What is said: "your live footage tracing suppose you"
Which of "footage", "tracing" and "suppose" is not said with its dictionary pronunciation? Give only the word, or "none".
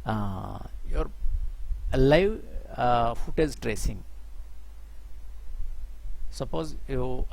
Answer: footage